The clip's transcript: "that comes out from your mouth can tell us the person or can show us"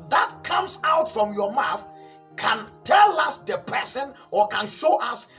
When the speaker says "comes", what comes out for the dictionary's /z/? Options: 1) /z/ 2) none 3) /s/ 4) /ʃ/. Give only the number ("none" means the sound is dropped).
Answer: 3